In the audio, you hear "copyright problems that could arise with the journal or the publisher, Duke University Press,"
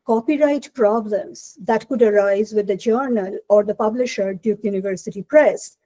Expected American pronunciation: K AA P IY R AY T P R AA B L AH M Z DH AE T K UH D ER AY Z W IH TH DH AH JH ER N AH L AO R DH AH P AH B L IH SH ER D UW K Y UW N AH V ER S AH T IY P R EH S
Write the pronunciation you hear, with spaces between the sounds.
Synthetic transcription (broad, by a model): K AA P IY R AY T P R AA B L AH M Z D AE T K UH D ER AY Z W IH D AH JH ER N AH L AO R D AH P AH B L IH SH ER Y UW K Y UW N AH V ER S AH T IY P R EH S